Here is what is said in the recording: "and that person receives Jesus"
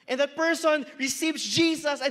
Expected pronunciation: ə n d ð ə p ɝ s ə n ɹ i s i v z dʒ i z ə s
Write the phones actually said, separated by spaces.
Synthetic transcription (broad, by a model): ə n ð ə p ɝ s ə n ɹ i s i v z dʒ i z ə s